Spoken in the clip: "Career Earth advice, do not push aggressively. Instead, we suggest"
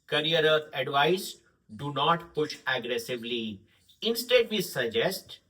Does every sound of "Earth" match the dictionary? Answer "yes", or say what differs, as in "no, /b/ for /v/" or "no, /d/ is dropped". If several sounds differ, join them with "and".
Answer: no, /t/ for /θ/